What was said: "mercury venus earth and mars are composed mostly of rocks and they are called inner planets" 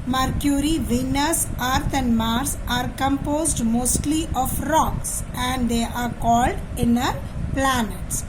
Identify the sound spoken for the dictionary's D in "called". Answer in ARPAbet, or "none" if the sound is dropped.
D